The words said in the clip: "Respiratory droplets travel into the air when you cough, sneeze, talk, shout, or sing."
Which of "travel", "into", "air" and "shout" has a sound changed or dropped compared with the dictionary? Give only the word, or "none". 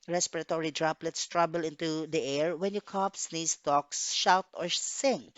travel